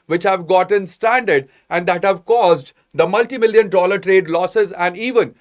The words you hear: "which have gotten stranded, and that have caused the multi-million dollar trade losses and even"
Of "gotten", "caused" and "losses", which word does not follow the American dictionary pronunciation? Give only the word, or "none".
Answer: none